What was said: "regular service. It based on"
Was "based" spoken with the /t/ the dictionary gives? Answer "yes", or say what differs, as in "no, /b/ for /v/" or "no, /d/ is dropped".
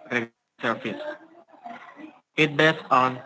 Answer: no, /t/ is dropped